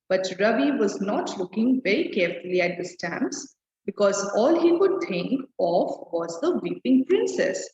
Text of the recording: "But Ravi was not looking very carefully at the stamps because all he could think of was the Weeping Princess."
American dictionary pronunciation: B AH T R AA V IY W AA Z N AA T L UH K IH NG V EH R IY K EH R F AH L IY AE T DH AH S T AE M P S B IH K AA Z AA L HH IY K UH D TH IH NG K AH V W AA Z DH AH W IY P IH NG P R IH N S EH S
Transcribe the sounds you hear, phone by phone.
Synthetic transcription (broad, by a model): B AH T R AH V IY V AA Z N AA T L UH K IH NG V EH R IY K EH R F AH L IY AE T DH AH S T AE M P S B IH K AA Z AA L HH IY K UH D T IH NG K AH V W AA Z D AH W IY P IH NG P R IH N S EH S